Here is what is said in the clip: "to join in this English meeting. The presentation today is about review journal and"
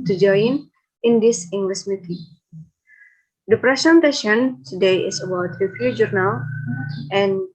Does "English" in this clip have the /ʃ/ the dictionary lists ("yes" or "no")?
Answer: no